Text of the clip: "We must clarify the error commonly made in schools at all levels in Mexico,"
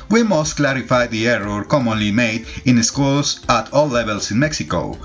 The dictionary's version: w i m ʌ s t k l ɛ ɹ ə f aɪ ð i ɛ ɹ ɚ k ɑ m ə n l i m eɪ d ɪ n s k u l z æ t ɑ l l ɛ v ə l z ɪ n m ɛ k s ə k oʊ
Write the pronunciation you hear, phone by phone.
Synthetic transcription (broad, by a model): w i m ʌ s t k l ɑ ɹ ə f aɪ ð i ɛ ɹ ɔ k ɑ m ə n l i m eɪ d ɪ n s k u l s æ t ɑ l l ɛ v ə l s ɪ n m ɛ k s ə k oʊ